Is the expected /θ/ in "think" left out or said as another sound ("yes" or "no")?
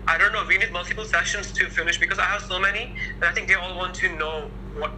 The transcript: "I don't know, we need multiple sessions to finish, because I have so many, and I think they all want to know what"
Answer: no